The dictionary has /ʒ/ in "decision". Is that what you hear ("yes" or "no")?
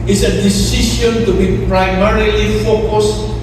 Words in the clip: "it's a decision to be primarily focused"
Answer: no